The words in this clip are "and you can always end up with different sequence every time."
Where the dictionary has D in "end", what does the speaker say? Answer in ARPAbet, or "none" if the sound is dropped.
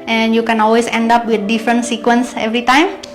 D